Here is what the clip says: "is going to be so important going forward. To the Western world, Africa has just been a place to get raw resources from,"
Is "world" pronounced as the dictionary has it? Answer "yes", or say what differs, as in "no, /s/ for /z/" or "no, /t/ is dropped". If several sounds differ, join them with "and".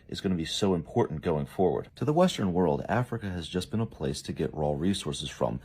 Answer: yes